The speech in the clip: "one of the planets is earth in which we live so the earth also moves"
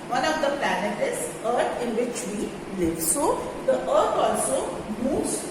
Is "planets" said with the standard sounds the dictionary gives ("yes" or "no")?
no